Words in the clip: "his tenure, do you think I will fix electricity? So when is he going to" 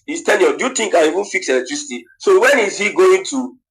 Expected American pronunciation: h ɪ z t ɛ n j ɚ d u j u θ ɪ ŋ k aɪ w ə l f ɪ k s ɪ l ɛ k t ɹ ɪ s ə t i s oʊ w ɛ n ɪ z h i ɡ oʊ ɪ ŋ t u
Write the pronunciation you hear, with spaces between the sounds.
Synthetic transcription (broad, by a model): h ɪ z t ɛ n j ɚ d u j u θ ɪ ŋ k aɪ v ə n f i k s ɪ l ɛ k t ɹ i s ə t i s oʊ w ɛ n ɪ z h i ɡ oʊ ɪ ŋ t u